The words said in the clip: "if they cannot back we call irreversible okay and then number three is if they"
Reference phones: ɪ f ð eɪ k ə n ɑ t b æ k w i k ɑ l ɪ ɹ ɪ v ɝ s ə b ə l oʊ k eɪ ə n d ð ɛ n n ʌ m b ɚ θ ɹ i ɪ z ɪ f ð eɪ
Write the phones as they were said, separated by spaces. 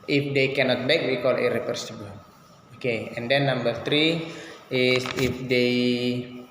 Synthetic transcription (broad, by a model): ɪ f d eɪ k ə n ɑ t b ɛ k w i k ɑ l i ɹ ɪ p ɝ s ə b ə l oʊ k eɪ ə n d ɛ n n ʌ m b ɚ t ɹ i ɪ s ɪ f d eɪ